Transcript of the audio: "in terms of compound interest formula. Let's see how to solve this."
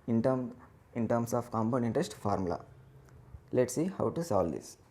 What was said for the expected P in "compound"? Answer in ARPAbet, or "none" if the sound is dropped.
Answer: B